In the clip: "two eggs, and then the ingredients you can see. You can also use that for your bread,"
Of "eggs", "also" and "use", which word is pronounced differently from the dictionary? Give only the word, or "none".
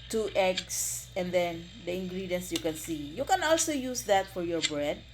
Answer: eggs